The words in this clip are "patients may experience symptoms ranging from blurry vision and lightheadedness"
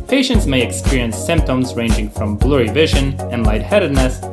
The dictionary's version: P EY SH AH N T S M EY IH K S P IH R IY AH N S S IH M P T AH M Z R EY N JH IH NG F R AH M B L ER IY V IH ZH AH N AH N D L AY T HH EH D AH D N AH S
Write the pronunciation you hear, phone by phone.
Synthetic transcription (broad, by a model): P EY SH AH N T S M EY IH K S P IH R IY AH N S S IH M P T AH M Z R EY N JH IH NG F R AH M B L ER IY V IH ZH AH N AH N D L AY T HH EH D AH D N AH S